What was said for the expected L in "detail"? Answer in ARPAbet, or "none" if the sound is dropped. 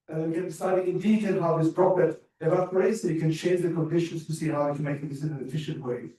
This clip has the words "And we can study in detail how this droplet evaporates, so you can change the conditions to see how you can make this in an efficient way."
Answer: N